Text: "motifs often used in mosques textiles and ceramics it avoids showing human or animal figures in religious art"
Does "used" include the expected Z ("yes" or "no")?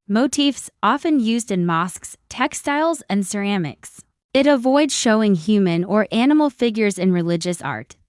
yes